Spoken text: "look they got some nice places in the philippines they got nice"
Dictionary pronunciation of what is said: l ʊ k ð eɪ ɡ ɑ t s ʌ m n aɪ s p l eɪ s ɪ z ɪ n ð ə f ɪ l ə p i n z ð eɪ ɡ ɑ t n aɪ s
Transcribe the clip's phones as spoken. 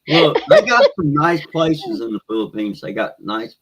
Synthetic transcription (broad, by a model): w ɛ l ð eɪ ɡ ɑ t s ʌ m n aɪ s p l eɪ s ɪ z ɪ n ð ə f ɪ l ə p i n z ð eɪ ɡ ɑ t n aɪ s